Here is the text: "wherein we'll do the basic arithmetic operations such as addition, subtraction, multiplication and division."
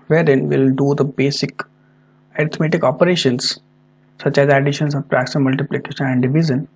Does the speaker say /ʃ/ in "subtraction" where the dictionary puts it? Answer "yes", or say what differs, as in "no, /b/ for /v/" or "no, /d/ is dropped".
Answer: no, /s/ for /ʃ/